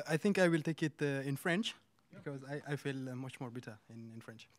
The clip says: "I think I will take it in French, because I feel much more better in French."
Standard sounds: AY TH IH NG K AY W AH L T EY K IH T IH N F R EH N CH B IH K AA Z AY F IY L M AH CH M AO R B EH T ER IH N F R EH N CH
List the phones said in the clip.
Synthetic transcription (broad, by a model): AY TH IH NG K AY W AH L T EY K IH T IH N F R EH N CH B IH K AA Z AY F IY L M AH CH M AO R B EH T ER IH N F R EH N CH